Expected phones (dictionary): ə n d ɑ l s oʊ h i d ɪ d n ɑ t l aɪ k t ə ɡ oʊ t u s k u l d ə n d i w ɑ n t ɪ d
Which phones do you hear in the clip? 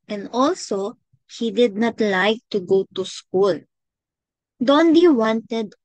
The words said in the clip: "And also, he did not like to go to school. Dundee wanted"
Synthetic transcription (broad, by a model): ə n d ɑ l s oʊ h i d ɪ d n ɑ t l aɪ k t ə ɡ oʊ t u s k u l d ə n d i w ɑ n t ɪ d